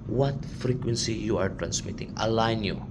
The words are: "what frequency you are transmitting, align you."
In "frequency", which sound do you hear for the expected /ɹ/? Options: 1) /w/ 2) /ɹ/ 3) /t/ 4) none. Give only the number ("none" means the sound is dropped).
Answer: 2